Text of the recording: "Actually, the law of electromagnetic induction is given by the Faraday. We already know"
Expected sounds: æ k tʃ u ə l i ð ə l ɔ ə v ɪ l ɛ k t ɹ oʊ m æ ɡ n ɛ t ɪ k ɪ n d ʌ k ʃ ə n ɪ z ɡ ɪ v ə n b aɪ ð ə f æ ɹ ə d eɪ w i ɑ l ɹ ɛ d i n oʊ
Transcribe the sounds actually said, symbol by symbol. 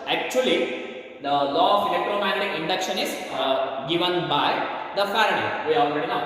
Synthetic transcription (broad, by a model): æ k tʃ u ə l i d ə l ɔ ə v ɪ l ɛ k t ɹ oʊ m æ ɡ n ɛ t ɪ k ɪ n d ʌ k ʃ ə n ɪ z ɡ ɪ v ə n b aɪ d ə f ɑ ɹ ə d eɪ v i ɑ l ɹ ɛ d i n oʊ